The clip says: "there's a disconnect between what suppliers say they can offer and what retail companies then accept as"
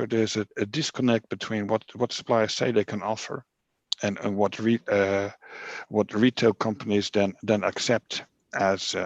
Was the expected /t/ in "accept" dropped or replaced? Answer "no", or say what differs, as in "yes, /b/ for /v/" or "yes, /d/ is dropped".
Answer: no